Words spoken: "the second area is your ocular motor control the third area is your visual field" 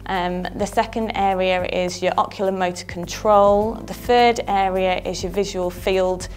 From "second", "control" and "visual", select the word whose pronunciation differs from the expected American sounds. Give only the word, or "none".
none